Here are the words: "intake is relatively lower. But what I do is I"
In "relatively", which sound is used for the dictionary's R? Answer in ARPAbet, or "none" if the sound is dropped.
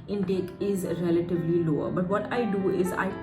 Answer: R